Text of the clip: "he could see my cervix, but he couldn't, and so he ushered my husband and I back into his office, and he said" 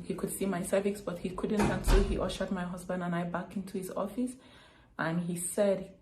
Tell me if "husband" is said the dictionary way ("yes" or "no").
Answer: yes